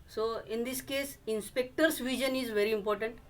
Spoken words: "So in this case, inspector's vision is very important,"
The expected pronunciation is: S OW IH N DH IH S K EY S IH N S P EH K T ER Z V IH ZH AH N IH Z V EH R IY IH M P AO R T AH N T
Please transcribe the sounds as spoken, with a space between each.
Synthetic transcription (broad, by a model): S OW IH N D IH S K EY S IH N S P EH K T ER S V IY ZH AH N IH Z V EH R IY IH M P AO R T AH N T